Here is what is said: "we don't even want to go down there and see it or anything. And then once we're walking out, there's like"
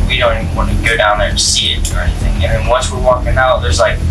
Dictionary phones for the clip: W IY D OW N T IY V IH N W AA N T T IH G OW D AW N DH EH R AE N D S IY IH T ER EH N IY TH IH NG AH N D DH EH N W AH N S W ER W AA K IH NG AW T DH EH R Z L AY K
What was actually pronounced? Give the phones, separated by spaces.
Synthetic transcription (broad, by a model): W IY D OW N T IY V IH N W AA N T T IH G OW D AW N DH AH R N S IY IH T ER EH N IY TH IH NG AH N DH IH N W AH N S W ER W AA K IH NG AW T DH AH R Z L AY K